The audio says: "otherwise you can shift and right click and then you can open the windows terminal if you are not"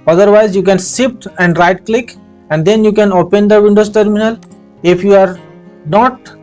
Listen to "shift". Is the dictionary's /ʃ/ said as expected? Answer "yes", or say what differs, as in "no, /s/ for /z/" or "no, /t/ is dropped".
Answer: no, /s/ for /ʃ/